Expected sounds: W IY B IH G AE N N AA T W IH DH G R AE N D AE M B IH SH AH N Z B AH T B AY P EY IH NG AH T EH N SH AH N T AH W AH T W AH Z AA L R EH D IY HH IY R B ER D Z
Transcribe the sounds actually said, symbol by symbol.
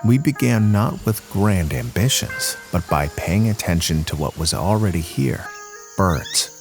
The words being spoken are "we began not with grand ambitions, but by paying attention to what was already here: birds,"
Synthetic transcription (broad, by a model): W IY B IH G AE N N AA T W IH DH G R AE N D AE M B IH SH AH N Z B AH T B AY P EY IH NG AH T EH N SH AH N T AH W AH T W AH Z L R EH D IY HH IY R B ER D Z